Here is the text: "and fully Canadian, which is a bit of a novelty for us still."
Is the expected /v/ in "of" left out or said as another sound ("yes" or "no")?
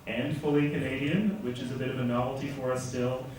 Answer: no